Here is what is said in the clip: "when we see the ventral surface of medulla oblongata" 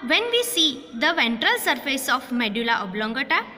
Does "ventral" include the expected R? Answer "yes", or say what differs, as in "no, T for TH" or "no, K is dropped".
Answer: yes